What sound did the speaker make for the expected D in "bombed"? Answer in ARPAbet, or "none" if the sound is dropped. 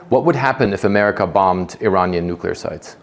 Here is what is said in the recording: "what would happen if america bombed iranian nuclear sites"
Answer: D